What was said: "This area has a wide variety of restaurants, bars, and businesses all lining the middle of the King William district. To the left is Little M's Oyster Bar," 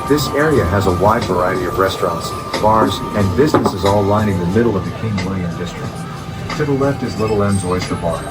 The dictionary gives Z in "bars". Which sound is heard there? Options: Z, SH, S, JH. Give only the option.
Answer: Z